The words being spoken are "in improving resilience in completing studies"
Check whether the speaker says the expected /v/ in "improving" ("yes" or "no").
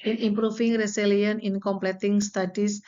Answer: no